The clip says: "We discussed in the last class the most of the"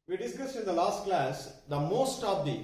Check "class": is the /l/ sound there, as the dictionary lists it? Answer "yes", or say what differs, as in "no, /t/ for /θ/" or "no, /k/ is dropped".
yes